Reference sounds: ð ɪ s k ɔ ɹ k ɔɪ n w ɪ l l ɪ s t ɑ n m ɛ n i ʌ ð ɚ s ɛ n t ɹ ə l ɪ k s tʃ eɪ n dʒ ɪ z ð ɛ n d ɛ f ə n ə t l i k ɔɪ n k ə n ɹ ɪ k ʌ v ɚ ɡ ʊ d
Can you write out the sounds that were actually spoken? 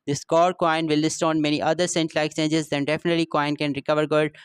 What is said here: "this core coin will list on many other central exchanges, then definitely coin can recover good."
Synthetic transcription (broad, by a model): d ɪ s k ɔ ɹ k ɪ n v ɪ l l ɪ s t ɑ n m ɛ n i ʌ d ɚ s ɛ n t l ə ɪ k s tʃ eɪ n dʒ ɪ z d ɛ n d ɛ f ə n ə t l i k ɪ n k ə n ɹ ɪ k ʌ v ɚ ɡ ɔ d